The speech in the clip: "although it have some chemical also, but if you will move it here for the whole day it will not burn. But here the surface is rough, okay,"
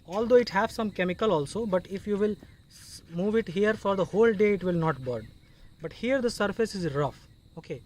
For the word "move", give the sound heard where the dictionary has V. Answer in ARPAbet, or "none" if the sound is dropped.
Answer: V